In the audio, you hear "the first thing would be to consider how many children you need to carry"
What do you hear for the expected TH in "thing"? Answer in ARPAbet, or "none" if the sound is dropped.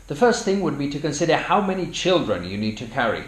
TH